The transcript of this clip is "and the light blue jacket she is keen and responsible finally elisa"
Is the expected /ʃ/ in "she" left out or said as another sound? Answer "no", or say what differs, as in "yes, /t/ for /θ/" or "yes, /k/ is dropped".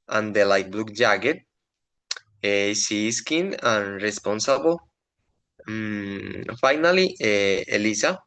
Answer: yes, /s/ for /ʃ/